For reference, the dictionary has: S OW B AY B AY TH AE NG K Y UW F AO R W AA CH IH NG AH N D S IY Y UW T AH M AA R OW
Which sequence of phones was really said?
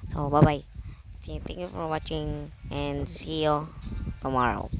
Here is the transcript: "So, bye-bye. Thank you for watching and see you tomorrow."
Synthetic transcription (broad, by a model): S OW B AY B AY T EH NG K Y UW F AO R W AA CH IH NG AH N S IY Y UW T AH M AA R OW